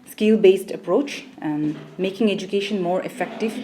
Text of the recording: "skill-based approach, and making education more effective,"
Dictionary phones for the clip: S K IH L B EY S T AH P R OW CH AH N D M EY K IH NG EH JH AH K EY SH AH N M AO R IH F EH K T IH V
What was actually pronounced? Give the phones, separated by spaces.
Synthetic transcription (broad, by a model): S K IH L B EY S T AH P R OW CH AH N M EY K IH NG EH JH AH K EY SH AH N M AO R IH F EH K T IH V